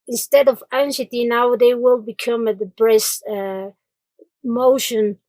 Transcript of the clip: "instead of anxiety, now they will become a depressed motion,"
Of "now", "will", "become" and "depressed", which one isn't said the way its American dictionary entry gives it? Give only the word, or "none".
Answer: depressed